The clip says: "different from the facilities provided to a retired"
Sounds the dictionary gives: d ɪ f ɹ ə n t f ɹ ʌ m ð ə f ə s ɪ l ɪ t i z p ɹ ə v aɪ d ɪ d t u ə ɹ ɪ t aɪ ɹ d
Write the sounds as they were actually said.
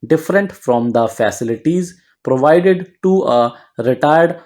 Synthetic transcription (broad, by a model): d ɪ f ɹ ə n t f ɹ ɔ m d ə f ə s ɪ l ɪ t i z p ɹ ə v aɪ d ɪ d t u ə ɹ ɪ t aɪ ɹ d